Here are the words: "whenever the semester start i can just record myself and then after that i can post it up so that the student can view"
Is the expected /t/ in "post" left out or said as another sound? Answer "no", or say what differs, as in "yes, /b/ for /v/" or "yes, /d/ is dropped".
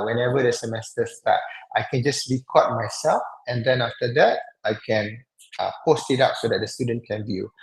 no